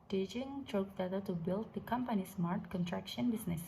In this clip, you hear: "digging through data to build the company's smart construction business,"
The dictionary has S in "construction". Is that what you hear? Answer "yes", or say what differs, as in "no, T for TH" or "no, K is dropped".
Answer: no, S is dropped